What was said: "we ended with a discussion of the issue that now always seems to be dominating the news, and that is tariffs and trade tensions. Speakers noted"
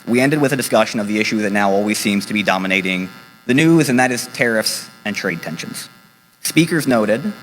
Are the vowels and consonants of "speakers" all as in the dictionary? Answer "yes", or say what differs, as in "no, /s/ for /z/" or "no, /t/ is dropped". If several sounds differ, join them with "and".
yes